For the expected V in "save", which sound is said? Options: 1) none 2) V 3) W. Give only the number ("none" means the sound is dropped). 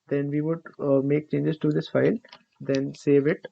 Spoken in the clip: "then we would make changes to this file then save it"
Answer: 2